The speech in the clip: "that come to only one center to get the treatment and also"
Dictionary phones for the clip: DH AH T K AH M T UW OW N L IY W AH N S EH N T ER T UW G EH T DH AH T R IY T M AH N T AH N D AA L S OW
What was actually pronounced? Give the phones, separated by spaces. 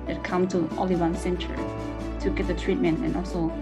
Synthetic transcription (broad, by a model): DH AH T K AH M T UW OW L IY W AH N S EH N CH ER T UW G EH T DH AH T R IY T M AH N T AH N AA L S OW